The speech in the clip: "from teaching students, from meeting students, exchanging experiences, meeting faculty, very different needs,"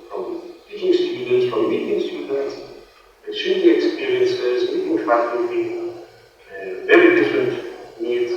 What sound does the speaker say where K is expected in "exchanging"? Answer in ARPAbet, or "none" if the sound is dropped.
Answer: none